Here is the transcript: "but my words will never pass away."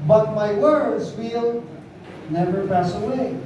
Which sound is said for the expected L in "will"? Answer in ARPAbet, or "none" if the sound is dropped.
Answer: L